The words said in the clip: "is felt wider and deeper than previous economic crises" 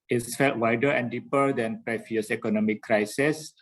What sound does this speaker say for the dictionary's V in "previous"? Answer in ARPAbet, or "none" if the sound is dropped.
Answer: F